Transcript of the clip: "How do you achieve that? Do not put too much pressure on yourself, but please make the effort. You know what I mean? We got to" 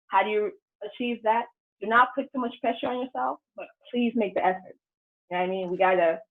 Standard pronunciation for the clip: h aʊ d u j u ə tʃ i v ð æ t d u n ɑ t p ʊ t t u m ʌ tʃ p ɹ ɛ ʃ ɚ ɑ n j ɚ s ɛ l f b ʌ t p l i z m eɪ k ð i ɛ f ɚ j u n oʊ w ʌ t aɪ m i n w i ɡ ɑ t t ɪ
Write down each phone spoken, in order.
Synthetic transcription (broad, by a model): h aʊ d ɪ j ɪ ə tʃ i v ð æ t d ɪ n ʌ t p ʊ t t u m ʌ tʃ p ɹ ɛ ʃ ɚ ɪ n j ɚ s ɛ l f b ʌ t p l i z m eɪ k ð i ɛ f ɚ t aɪ m i n w i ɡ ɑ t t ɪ